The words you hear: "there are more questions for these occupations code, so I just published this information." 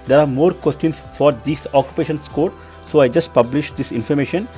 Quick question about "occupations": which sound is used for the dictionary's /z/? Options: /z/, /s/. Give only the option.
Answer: /s/